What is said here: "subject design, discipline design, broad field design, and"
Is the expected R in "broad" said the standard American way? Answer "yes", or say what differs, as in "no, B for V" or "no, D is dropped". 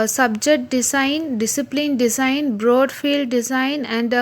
yes